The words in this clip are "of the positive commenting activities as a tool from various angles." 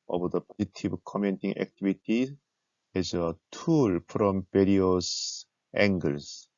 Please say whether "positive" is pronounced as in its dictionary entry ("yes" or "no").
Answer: no